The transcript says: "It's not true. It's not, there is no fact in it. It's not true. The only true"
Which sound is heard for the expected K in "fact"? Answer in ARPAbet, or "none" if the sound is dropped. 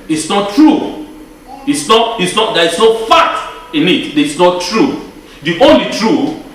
none